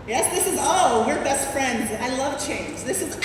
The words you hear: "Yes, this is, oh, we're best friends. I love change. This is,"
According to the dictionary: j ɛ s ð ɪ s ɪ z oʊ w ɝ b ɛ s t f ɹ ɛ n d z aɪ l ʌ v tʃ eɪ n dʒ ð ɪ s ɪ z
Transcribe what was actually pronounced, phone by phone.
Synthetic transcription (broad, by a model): j ɛ s ð ɪ s ɪ z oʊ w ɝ b ɛ s t f ɹ ɛ n d z aɪ l ʌ v tʃ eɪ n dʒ ð ɪ s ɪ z